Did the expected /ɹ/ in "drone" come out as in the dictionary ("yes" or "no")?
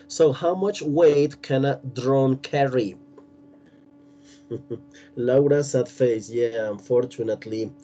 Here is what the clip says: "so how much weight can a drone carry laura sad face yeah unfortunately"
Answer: yes